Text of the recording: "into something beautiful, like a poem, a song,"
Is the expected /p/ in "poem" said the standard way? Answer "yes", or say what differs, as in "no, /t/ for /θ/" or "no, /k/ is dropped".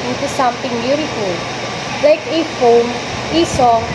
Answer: no, /f/ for /p/